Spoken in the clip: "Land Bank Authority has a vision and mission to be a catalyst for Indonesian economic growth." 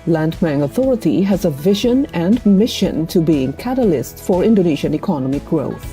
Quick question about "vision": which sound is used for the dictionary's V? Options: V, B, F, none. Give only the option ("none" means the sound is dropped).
V